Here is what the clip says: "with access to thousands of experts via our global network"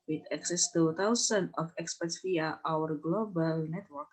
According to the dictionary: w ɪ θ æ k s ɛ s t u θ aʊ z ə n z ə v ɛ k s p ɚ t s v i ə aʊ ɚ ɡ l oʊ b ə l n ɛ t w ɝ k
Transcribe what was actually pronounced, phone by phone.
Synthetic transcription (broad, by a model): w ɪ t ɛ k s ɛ s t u t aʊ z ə n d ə f ɛ k s p ɚ t s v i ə aʊ ɚ ɡ l oʊ b ə l n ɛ t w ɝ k